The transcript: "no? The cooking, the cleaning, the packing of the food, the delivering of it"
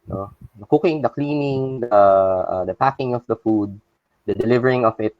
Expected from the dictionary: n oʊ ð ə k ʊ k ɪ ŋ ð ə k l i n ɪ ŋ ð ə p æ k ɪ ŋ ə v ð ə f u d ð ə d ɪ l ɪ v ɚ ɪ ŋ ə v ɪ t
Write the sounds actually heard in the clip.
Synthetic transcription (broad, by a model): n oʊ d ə k ʊ k ɪ ŋ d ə k l i n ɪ ŋ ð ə p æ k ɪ ŋ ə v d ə f u d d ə d ɪ l ɪ v ɚ ɪ ŋ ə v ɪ t